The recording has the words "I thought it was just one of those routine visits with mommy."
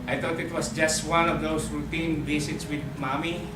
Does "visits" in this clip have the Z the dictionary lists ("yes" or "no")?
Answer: no